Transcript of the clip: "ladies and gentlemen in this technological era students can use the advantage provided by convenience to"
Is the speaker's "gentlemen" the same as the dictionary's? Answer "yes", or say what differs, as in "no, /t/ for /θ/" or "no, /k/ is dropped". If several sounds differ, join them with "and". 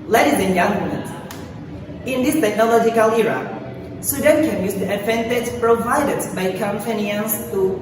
no, /l/ is dropped